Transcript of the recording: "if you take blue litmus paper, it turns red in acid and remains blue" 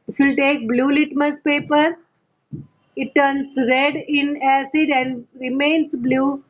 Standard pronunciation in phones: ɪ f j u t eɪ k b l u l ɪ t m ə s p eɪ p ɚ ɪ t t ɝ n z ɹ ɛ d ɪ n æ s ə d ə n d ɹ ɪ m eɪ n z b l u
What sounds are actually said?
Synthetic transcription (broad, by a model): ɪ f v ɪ t eɪ k b l u l ɪ t m ə s p eɪ p ɚ ɪ t t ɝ n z ɹ ɛ d ɪ n æ s ə d ə n d ɹ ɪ m eɪ n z b l u